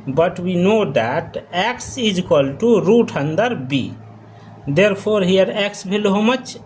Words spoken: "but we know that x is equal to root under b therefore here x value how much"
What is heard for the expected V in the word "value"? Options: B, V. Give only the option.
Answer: B